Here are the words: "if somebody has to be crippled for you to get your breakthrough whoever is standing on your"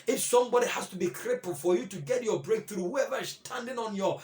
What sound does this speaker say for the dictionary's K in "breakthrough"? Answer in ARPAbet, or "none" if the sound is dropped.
K